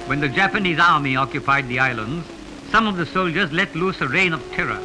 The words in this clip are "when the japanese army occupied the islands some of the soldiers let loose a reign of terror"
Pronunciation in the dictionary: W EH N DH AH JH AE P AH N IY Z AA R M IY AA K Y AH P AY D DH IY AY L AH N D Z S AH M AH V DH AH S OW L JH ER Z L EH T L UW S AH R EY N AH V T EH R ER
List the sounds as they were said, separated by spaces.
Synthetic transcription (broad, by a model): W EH N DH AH JH AE P AH N IY Z AA R M IY AA K Y AH P AY D DH IY AY L AH N D Z S AH M AH V DH AH S OW L JH ER Z L EH T L UW S AH R EY N AH V T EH R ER